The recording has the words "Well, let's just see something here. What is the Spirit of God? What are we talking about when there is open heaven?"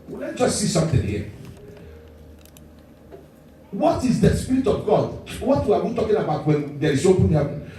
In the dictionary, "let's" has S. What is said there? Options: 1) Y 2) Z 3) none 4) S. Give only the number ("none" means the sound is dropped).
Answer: 3